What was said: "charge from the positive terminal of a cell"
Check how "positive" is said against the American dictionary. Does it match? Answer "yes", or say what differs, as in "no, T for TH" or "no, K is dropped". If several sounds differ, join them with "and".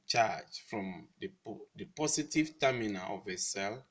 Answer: no, S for Z